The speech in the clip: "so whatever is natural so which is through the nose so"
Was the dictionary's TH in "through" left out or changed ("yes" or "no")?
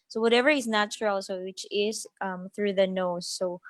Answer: no